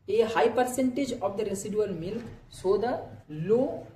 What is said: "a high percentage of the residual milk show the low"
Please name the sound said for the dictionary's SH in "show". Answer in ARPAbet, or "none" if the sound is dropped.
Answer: S